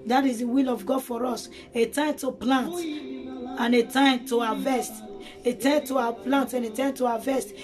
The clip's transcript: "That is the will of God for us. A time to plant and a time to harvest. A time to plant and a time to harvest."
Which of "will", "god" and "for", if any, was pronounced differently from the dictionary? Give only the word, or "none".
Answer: none